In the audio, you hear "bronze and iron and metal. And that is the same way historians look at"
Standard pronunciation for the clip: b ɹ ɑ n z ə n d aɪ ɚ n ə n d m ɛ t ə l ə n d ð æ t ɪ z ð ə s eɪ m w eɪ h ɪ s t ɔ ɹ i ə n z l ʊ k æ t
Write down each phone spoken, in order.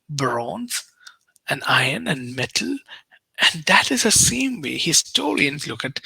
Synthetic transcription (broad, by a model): b ɹ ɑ n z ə n aɪ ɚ n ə n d m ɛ t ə l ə n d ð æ t ɪ z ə s eɪ m w eɪ h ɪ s t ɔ l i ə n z l ʊ k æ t